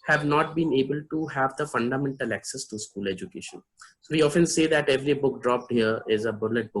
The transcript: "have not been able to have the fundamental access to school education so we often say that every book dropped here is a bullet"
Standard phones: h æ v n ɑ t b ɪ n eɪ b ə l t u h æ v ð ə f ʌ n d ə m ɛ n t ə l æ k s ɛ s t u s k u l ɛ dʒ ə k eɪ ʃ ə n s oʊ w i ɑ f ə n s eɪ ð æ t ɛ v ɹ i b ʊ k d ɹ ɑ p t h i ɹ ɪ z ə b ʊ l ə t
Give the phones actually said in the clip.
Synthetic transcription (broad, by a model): h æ v n ɑ t b ɪ n eɪ b ə l t u h æ v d ə f ʌ n d ə m ɛ n t ə l æ k s ɛ s t u s k u l ɛ dʒ ə k eɪ ʃ ə n s oʊ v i ɑ f ə n s eɪ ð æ t ɛ v ɹ i b ʊ k d ɹ ɑ p t h i ɹ ɪ z ə b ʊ l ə t